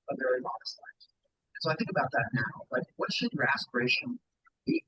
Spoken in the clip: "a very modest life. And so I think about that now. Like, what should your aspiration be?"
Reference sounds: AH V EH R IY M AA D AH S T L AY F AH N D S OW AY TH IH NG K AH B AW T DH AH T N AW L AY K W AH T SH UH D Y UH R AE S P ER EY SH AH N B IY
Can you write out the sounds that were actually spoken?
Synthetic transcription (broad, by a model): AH V EH R IY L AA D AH S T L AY AH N S OW AY TH IH NG K AH B AW T DH AH T N AW L AY K W AH T SH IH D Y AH R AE S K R EY SH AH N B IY